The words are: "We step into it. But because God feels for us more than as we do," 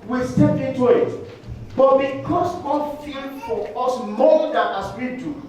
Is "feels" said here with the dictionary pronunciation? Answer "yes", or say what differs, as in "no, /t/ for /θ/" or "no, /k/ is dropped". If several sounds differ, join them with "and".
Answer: no, /z/ is dropped